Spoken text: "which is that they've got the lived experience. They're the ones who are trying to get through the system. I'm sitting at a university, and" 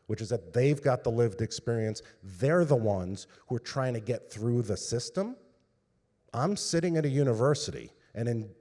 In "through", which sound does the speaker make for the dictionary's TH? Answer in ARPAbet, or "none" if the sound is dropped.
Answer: TH